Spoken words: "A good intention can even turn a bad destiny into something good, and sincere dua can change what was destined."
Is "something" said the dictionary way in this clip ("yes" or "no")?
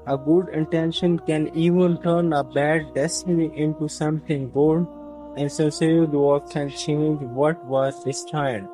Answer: no